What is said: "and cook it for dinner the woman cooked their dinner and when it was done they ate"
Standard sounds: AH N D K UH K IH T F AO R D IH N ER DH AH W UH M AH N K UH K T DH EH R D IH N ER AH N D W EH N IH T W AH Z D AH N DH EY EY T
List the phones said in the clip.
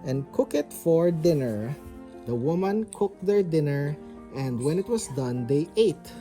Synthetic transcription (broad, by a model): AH N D K UH K IH T F AO R D IH N ER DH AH W UH M AH N K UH K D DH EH R D IH N ER AH N D W EH N IH T W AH S D AH N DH EY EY T